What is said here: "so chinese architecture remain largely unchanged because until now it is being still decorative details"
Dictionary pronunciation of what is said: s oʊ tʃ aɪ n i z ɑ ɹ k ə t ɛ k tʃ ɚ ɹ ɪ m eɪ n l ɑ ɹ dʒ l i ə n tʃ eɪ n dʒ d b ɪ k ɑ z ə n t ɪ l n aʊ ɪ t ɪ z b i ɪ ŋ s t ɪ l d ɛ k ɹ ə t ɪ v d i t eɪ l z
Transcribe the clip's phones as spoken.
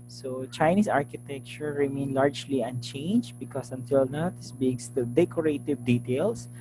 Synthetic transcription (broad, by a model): s oʊ tʃ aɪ n i s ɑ ɹ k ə t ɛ k tʃ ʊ ɹ ɪ m eɪ n l ɑ ɹ dʒ l i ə n tʃ eɪ n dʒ b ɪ k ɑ s ə n t ɪ l n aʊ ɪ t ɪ s b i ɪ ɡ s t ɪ d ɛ k ɹ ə t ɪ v d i t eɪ l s